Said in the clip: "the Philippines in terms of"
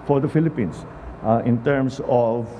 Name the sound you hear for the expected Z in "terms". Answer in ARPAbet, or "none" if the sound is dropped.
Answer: S